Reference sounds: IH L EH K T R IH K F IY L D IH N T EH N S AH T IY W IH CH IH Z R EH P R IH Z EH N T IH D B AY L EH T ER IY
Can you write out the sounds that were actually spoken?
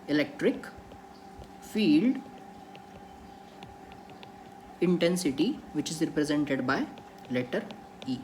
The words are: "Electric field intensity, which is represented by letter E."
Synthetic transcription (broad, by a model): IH L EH K T R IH K F IY L D IH N T EH N S AH T IY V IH CH IH Z R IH P R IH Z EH N T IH D B AY L EH T ER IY